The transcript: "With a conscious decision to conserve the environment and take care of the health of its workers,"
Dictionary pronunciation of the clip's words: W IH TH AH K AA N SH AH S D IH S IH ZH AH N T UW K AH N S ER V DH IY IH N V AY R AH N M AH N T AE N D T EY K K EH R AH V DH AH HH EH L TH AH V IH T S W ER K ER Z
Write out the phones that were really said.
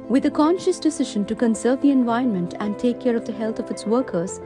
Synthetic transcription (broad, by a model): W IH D AH K AA N SH AH S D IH S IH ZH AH N T UW K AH N S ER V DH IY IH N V AY AH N M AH N T AE N D T EY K K EH R AH V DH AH HH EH L T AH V IH T S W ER K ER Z